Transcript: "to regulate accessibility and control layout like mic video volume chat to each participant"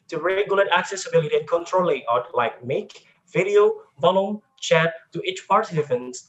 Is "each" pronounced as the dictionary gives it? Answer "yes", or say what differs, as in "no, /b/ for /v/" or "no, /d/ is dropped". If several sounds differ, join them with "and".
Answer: yes